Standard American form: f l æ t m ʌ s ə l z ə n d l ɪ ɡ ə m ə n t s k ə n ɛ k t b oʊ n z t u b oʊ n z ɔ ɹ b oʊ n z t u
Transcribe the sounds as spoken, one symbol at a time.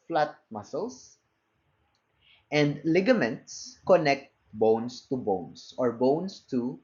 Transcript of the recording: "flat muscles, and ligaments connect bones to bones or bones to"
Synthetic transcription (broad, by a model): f l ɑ t m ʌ s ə l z ə n d l ɪ ɡ ə m ə n t s k ə n ɛ k t b oʊ n s t u b oʊ n s ɔ ɹ b oʊ n s t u